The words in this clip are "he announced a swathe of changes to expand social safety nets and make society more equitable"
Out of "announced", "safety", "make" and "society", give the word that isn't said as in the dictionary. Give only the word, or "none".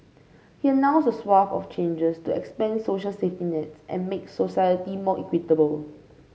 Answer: announced